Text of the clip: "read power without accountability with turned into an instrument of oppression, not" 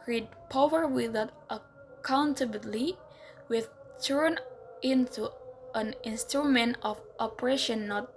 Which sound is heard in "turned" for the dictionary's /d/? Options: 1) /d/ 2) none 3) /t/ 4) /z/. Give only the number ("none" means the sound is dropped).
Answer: 2